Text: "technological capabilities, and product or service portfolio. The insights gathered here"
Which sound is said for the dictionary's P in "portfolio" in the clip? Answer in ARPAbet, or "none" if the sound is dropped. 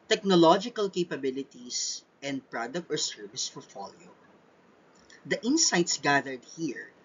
F